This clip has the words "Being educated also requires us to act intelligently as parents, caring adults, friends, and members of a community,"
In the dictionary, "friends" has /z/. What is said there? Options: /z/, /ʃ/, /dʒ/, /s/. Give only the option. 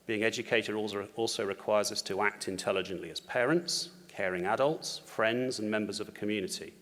/z/